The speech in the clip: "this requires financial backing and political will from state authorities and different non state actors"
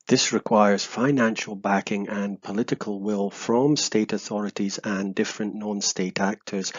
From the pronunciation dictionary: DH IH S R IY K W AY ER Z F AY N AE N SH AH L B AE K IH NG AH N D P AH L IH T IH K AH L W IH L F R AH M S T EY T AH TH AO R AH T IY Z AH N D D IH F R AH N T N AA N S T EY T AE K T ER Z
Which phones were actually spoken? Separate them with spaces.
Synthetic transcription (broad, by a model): DH IH S R IY K W AY ER Z F AY N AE N SH AH L B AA K IH NG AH N P AH L IH T IH K AH L W IH L F R AH M S T EY T AH TH AO R AH T IY Z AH N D D IH F R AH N N AA N S T EY T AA K T ER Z